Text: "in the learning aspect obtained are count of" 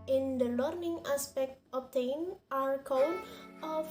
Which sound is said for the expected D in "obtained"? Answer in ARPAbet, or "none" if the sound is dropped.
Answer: none